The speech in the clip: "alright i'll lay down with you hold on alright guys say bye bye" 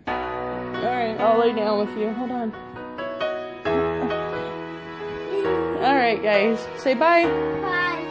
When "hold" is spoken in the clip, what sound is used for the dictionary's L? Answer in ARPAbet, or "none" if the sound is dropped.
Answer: none